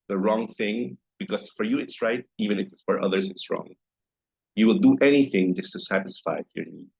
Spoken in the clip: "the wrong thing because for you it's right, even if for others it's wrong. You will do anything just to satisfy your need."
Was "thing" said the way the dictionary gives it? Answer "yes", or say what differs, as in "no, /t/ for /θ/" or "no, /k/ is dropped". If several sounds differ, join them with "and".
yes